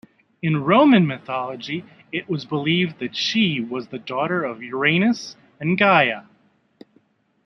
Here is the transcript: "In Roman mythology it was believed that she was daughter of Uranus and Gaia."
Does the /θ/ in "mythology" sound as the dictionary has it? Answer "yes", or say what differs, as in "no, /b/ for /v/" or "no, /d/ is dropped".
yes